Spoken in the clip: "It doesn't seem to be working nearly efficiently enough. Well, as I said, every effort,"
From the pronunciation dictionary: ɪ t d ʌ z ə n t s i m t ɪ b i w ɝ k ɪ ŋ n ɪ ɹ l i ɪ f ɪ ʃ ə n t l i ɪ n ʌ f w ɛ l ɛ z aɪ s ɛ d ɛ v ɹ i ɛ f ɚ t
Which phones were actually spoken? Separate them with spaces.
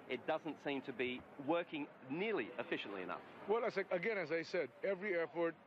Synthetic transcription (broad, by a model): ɪ t d ʌ z ə n t s i m t ɪ b i w ɝ k ɪ ŋ n ɪ ɹ l i ɪ f ɪ ʃ ə n t l i ɪ n ʌ f w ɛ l ɛ z aɪ s ɛ d ɛ v ɹ i ɛ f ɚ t